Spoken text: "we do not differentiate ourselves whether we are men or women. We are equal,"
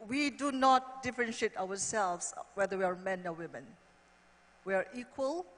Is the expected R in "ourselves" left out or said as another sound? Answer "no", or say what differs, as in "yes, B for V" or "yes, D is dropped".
yes, W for R